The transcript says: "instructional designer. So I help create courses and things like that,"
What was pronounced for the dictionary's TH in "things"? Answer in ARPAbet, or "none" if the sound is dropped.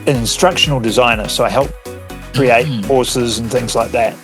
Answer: TH